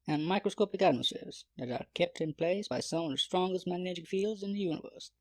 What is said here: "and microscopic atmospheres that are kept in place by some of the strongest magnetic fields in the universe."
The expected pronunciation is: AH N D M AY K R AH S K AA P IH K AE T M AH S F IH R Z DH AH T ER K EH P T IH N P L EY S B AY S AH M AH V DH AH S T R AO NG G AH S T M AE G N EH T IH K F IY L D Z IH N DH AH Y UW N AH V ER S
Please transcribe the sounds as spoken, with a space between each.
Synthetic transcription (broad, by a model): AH N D M AY K R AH S K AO P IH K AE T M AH S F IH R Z DH AH T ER K EH P T IH N P L EY S B AY S AH M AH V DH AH S T R AO NG G AH S T M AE G N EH T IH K F IY L D Z IH N DH AH Y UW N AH V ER S